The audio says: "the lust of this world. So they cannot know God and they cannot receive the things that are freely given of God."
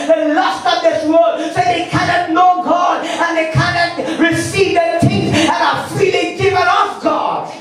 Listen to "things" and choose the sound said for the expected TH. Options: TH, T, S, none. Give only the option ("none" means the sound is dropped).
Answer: T